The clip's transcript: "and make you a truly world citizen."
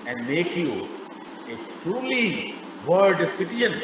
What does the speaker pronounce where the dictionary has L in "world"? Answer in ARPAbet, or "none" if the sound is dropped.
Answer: none